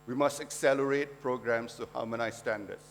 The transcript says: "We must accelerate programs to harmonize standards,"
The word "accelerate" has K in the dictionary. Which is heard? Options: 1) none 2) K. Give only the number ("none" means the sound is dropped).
2